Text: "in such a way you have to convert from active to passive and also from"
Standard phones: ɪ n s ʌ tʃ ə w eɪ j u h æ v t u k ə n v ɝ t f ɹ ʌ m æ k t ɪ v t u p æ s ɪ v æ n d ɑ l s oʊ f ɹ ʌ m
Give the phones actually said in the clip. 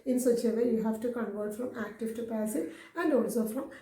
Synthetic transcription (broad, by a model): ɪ n s ʌ tʃ ə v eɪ j u h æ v t u k ə n v ɝ t f ɹ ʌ m æ k t ɪ v t u p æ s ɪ æ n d ɑ l s oʊ f ɹ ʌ m